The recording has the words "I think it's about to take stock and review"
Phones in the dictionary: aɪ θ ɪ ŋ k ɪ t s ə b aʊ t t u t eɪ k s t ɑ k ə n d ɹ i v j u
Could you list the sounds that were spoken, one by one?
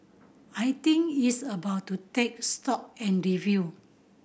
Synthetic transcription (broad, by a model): aɪ t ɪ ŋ ɪ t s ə b aʊ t t u t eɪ k s t ɑ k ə n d ɹ i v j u